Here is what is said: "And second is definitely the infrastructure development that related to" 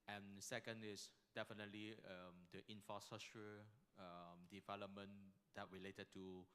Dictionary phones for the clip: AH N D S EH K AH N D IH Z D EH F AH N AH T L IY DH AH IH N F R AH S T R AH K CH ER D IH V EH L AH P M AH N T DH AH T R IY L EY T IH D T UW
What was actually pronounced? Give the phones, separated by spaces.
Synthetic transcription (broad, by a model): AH N S EH K AH N D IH S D EH F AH N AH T L IY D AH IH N F R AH S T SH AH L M D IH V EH L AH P M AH N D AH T R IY L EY T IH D T UW